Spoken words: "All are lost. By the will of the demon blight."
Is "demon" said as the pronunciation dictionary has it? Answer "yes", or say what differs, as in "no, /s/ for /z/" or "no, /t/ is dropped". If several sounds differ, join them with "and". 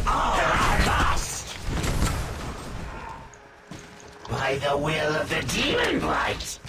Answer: no, /m/ is dropped